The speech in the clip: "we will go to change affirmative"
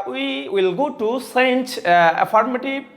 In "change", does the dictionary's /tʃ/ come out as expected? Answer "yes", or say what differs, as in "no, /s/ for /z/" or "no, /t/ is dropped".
no, /s/ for /tʃ/